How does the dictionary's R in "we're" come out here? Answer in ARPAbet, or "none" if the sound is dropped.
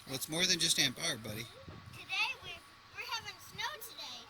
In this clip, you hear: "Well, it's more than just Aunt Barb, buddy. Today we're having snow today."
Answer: W